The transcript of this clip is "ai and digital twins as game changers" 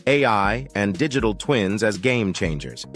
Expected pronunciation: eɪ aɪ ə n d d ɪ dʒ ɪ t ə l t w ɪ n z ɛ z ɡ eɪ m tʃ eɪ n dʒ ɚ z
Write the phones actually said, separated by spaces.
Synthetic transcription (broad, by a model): eɪ aɪ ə n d d ɪ dʒ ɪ t l t w ɪ n z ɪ z ɡ eɪ m tʃ eɪ n dʒ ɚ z